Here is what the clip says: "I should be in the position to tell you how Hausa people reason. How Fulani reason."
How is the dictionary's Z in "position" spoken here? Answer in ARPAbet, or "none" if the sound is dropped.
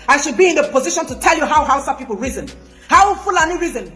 Z